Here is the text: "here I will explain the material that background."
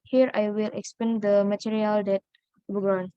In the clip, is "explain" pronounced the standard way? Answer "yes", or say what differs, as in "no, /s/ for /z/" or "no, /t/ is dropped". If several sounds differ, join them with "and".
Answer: no, /l/ is dropped